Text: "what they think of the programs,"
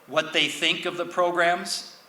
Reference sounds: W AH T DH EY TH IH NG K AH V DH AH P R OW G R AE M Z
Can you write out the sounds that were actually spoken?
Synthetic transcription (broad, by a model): W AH T DH EY TH IH NG K AH V DH AH P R OW G R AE M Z